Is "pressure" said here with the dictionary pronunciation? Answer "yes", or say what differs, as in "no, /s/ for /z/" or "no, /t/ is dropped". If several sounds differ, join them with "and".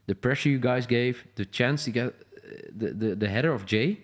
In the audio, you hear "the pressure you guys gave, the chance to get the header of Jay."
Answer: yes